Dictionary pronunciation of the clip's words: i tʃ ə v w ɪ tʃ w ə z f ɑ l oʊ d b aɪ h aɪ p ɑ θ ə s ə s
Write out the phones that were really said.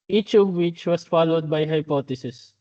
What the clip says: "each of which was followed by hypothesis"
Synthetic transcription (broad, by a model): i tʃ ə v w ɪ tʃ w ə s f ɑ l oʊ d b aɪ h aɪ p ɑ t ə s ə s